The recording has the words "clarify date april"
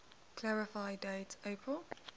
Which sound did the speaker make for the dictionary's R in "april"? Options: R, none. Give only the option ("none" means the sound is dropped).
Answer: R